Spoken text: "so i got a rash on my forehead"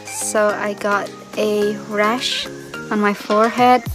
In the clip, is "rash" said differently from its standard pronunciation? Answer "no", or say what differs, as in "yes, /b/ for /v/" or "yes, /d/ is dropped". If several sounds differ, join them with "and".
no